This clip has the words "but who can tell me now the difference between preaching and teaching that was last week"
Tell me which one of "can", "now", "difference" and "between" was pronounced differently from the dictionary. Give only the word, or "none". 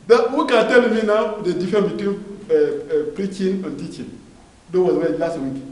difference